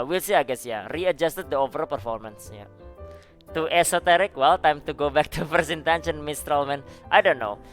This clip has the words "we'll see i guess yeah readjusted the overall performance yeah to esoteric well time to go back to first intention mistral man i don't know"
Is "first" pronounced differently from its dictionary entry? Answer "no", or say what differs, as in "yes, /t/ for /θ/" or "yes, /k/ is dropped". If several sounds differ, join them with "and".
yes, /t/ is dropped